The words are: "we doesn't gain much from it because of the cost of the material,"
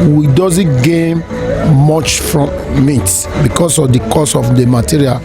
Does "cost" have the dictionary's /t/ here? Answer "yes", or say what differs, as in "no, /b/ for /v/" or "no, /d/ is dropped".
no, /t/ is dropped